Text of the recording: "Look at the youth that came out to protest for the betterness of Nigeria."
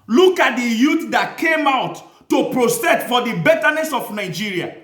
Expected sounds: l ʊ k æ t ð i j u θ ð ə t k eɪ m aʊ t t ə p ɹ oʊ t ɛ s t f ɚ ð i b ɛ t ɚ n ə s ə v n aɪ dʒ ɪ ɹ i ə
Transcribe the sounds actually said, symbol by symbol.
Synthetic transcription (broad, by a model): l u k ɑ t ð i j u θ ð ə t k eɪ m aʊ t t ə p ɹ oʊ s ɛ t f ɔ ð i b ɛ t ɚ n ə s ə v n aɪ dʒ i ɹ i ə